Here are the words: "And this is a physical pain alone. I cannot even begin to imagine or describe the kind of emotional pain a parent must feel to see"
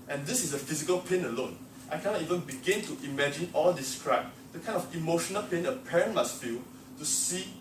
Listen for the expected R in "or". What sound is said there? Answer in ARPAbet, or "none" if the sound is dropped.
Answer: L